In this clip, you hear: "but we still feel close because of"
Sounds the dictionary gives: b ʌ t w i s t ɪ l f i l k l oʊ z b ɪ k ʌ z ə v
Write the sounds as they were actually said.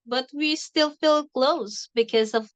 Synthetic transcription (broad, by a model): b ʌ t w i s t ɪ l f i l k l oʊ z b ɪ k ʌ z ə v